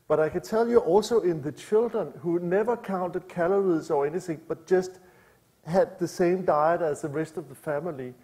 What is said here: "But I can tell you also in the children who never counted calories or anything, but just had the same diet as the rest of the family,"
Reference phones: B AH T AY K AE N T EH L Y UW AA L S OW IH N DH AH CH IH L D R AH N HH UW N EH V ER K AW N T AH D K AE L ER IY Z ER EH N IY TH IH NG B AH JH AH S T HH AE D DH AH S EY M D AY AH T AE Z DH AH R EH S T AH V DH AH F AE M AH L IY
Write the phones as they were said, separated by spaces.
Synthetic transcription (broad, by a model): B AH T AY K AE N S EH L Y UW AA L S OW IH N DH AH CH IH L D R AH N HH UW N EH V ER K AW N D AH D K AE L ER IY S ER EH N IY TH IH NG B AH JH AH S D HH AE D DH AH S EY M D AY AH T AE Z DH AH R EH S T AH V DH AH F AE M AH L IY